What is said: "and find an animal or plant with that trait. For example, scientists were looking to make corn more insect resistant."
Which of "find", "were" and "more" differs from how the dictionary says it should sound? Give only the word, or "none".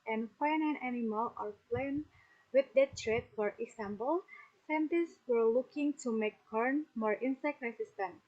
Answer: find